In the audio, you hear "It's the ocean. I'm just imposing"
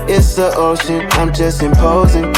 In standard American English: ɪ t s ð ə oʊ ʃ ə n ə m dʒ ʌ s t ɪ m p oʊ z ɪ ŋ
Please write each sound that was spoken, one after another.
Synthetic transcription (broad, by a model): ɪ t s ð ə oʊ s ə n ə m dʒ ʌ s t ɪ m p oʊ z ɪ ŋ